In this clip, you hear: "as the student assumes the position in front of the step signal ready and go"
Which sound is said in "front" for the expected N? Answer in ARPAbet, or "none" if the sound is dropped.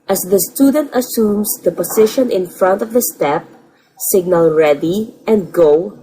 N